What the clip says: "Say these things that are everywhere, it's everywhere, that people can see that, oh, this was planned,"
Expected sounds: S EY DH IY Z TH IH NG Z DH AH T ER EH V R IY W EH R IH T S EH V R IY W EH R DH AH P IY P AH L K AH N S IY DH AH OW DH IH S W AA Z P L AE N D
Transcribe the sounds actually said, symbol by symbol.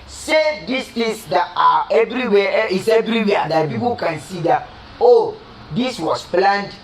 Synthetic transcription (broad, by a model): S EY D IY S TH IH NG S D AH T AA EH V R IY W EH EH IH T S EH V R IY W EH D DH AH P IY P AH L K AH N S IY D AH OW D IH S W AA S P L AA N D